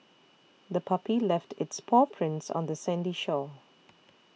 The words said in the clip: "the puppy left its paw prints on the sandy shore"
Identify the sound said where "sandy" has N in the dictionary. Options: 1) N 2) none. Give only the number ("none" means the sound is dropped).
1